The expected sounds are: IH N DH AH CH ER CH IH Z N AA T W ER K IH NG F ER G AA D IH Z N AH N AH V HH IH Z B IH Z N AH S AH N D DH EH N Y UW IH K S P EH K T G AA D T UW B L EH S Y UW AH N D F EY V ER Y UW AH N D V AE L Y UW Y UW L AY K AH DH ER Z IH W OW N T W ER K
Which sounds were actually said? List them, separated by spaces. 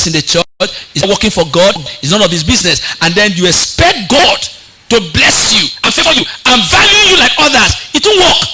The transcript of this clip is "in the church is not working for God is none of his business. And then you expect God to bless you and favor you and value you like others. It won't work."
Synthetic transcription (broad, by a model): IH N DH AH CH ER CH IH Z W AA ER K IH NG F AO G AA D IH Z N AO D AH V HH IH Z B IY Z N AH S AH N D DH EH N Y UW IH K S P EH K T G AA D T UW B L EH S Y UW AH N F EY F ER Y UW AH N V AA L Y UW Y UW L AY K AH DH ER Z IH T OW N W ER K